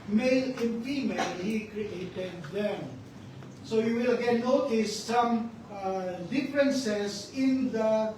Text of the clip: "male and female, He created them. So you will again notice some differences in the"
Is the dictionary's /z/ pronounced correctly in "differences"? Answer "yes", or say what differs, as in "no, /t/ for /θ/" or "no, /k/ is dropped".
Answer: no, /s/ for /z/